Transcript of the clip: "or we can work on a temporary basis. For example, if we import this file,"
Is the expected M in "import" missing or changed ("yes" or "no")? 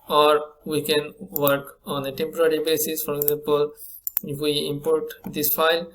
no